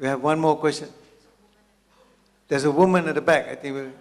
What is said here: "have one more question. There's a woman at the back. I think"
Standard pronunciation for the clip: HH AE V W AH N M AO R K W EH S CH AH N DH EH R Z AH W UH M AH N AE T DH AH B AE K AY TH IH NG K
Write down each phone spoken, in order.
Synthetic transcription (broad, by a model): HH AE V W AH N M AO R K W EH S CH AH N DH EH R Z AH W UH M AH N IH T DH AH B AE K AY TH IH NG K